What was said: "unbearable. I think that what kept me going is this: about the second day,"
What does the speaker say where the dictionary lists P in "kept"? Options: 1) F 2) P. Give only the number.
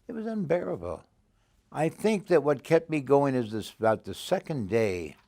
2